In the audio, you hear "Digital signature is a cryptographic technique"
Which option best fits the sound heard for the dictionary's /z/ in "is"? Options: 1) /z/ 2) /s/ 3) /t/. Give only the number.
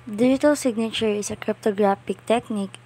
2